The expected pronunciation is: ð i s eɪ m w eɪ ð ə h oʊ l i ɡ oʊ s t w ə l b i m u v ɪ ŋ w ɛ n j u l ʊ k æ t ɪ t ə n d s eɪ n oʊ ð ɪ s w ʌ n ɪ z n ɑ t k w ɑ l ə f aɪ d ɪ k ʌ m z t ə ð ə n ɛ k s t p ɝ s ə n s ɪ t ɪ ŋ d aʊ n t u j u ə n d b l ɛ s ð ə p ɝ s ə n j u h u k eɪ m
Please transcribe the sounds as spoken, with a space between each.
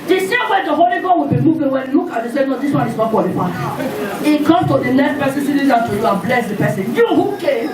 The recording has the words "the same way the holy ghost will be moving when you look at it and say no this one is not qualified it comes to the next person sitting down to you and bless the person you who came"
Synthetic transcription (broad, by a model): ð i s eɪ m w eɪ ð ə h oʊ l i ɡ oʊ w ə l b i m u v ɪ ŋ w ɛ n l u k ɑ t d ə s eɪ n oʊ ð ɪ s w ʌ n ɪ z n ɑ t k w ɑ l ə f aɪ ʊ ɪ k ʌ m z t ə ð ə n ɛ s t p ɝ s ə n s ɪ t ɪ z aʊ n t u j u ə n b l ɛ s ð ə p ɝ s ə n j u h u k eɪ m